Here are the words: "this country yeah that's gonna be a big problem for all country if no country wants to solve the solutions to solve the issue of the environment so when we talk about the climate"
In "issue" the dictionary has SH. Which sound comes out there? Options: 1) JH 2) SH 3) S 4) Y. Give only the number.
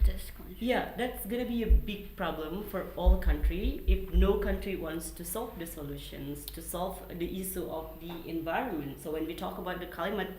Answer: 3